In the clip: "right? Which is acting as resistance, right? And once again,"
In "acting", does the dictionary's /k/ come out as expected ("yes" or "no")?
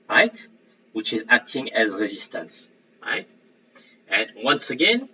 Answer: yes